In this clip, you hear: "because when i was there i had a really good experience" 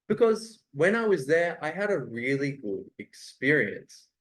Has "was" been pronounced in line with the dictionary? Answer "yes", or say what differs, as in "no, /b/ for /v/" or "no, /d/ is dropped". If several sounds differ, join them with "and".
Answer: yes